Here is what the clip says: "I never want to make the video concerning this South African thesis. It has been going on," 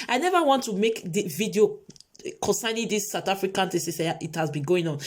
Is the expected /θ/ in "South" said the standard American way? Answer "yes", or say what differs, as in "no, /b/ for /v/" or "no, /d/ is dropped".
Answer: no, /t/ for /θ/